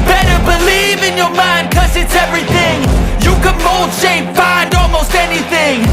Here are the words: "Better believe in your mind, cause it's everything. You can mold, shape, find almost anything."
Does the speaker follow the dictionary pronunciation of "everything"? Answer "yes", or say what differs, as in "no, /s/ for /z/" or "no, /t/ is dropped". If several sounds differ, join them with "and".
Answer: yes